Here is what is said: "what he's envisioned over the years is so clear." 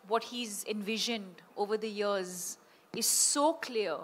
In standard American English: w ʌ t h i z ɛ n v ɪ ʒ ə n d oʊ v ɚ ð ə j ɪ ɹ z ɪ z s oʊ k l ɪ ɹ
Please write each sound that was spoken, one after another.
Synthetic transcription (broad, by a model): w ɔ t h i z ɛ n v ɪ ʒ ə n d oʊ v ɚ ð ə j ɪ ɹ z ɪ z s oʊ k l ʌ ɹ